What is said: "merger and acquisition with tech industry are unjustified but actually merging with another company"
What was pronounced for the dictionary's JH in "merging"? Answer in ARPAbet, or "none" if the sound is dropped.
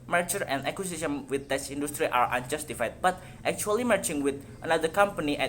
CH